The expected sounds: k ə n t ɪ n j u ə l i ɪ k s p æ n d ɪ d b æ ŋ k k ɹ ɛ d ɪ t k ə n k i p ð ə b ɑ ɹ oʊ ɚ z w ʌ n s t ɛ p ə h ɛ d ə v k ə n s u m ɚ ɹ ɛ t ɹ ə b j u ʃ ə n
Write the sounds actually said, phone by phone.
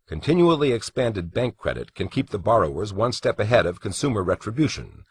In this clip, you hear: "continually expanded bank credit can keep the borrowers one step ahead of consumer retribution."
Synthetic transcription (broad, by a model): k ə n t ɪ n j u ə l i ɪ k s p æ n d ɪ d b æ ŋ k k ɹ ɛ d ɪ t k ə n k i p ð ə b ɑ ɹ oʊ ɚ z w ʌ n s t ɛ p ə h ɛ d ə v k ə n s u m ɚ ɹ ɛ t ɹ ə b j u ʃ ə n